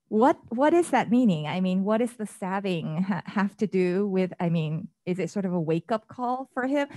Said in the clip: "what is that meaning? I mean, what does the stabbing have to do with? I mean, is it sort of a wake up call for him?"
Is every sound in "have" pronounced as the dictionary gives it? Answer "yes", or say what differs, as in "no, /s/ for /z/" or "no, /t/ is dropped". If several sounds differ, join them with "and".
no, /f/ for /v/